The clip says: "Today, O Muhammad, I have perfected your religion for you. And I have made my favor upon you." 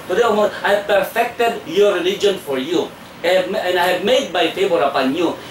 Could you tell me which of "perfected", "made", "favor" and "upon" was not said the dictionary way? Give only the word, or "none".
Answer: favor